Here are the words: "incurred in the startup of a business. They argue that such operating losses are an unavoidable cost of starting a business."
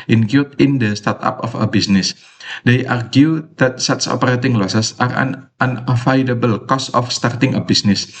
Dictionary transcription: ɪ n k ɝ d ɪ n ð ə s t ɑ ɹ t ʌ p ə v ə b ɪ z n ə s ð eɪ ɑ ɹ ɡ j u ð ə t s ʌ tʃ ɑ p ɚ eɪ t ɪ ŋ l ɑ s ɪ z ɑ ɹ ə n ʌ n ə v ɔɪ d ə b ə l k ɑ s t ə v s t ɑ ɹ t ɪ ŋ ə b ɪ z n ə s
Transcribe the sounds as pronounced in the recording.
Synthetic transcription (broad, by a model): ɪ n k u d ɪ n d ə s t ɑ ɹ t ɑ p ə f ə b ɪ s n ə s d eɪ ɑ ɹ ɡ j u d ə t s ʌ s ɑ p ɚ eɪ t ɪ ŋ l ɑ s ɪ s ɑ ɹ ə n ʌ n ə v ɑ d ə b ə l k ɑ s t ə f s t ɑ ɹ t ɪ ŋ ə b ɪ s n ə s